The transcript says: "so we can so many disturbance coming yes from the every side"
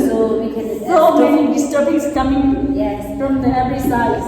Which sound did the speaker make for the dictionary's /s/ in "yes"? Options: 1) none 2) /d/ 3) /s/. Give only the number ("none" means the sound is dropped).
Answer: 1